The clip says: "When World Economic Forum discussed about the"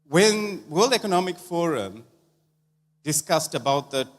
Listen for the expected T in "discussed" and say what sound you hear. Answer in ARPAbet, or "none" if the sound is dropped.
T